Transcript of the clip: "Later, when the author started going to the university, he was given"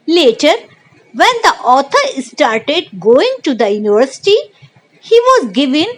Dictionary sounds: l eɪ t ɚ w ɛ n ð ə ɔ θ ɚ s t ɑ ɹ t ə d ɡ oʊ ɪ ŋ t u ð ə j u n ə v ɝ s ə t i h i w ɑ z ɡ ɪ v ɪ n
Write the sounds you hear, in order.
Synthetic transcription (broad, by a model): l eɪ t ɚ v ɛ n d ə ɔ t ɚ s t ɑ ɹ t ə d ɡ oʊ ɪ ŋ t u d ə j u n ə v ɝ s ə t i h i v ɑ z ɡ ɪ v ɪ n